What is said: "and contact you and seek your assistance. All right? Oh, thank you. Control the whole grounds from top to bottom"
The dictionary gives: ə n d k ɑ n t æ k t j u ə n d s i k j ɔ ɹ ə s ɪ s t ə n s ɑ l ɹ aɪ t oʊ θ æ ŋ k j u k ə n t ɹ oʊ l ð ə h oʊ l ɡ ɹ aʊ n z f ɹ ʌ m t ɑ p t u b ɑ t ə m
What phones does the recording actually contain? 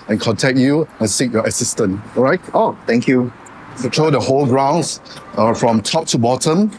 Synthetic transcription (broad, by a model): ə n k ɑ n t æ k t j u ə n s i k j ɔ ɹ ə s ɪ s t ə n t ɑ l ɹ aɪ t oʊ t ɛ ŋ k j u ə t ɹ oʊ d ə h oʊ l ɡ ɹ aʊ n s f ɹ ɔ m t ɑ p t u b ɑ t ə m